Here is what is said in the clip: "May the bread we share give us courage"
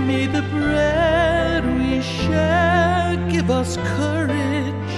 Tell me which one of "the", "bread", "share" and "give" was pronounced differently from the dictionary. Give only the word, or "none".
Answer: share